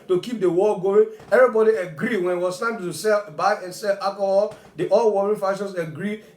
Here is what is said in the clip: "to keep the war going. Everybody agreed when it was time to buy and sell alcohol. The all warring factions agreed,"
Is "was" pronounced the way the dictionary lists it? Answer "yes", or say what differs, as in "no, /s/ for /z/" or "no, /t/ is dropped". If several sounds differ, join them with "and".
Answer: no, /s/ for /z/